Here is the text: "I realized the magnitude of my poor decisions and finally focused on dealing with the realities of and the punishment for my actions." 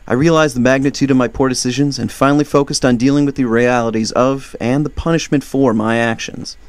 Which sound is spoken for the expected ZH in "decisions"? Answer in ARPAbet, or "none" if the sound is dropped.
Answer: ZH